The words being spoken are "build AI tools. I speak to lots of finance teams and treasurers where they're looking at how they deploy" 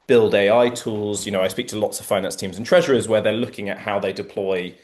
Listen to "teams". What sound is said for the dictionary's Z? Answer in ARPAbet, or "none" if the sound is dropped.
Z